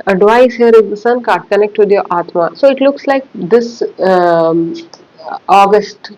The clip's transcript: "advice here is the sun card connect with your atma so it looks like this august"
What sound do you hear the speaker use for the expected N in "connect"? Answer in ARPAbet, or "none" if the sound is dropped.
N